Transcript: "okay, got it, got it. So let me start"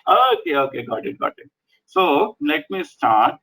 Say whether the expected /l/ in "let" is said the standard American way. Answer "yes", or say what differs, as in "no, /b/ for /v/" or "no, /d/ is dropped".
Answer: no, /n/ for /l/